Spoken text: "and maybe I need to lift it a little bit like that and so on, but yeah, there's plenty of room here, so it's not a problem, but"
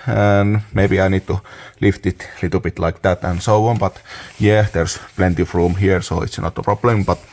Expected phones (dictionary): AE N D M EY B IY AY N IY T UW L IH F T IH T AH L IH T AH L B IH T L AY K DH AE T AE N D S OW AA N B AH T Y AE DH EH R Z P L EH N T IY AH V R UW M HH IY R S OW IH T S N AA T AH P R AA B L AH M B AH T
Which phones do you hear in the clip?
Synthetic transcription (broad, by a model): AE N M EY B IY AY N IY T UW L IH F T IH T L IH T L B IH T L AY K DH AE T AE N S OW AA N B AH T Y AE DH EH R S P L EH N T IY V R UW M HH IY R S OW IH T S N AA T AH P R AA B L AH M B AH T